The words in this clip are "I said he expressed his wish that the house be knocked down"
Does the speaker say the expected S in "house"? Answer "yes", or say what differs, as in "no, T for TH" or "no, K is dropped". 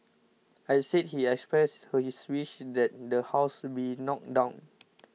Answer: yes